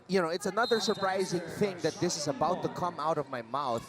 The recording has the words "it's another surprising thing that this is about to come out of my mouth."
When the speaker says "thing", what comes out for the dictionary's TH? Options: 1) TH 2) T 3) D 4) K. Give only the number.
1